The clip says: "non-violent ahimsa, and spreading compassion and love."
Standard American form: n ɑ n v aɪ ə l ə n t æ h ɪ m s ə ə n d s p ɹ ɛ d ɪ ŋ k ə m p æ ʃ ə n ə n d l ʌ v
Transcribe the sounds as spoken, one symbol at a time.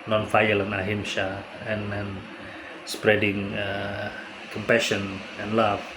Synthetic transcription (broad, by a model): n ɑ n f aɪ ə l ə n ɑ h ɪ m ʃ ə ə n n s p ɹ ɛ d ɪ ŋ k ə m p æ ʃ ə n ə n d l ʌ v